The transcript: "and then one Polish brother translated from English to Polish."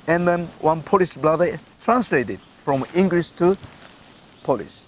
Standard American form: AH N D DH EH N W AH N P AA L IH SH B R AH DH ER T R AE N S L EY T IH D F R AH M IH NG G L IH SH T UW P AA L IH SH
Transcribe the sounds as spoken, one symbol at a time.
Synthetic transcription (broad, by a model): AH N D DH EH N W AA N P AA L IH S B L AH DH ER T R AE N S L EY T IH D F R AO M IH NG G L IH S T UW P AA L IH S